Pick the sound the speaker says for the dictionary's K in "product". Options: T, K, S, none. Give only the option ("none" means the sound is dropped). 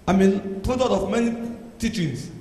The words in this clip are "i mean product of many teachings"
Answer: none